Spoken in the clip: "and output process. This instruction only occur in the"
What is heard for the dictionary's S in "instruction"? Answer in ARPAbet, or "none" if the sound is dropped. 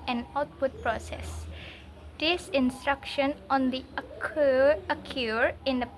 S